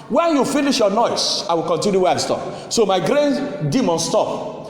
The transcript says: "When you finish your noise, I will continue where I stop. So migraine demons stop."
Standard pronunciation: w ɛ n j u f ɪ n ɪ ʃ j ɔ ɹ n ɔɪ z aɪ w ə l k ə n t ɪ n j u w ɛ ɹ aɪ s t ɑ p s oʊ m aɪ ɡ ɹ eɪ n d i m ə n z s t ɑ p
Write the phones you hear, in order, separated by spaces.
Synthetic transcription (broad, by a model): w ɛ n j u f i n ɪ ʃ j ɔ n ɔɪ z aɪ w ə l k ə n t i n j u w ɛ aɪ s t ɑ p s oʊ m aɪ ɡ ɹ eɪ n d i m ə n s t ɑ p